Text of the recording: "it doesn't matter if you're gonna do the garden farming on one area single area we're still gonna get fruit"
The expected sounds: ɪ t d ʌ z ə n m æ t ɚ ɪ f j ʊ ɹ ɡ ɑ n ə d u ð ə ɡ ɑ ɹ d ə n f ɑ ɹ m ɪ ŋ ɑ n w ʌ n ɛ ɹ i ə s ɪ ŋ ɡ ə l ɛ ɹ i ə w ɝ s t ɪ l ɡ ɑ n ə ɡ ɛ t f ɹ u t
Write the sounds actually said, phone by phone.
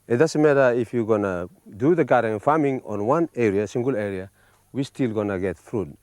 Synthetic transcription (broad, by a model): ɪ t d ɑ s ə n m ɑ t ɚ ɪ f j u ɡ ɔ n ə d u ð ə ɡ ɑ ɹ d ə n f ɑ m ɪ ŋ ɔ n w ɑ n ɛ ɹ i ə s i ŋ ɡ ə l ɛ ɹ i ə w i s t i l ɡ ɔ n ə ɡ ɛ t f ɹ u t